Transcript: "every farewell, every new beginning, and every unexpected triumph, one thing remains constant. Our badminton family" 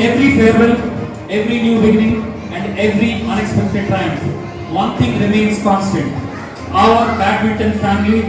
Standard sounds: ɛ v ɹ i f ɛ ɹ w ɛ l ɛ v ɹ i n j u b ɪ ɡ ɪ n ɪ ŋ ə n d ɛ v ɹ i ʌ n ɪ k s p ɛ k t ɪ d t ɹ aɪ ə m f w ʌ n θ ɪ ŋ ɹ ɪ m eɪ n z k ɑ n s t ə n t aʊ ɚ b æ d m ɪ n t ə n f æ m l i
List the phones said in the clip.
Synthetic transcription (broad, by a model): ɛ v ɹ i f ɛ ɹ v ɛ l ɛ v ɹ i n j u b ɪ ɡ ɪ n ɪ ŋ ə n d ɛ v ɹ i ʌ n ɪ k s p ɛ k t ɪ d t aɪ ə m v ʌ n t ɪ ŋ ɹ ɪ m eɪ n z k ɑ n s t ə n t aʊ ɚ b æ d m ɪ t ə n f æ m l i